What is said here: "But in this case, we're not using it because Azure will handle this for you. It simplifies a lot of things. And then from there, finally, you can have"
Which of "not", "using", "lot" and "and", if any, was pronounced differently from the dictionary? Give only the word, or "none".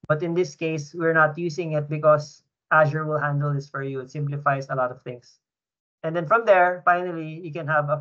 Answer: using